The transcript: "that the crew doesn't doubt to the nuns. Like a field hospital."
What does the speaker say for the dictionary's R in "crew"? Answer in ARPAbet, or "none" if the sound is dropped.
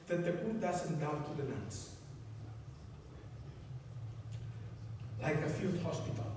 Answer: none